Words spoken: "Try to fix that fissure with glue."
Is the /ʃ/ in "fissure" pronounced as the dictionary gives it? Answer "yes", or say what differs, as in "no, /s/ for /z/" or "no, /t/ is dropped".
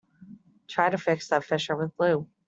yes